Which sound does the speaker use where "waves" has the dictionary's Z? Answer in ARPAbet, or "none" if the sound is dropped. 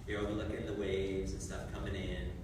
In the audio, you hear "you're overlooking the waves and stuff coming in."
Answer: Z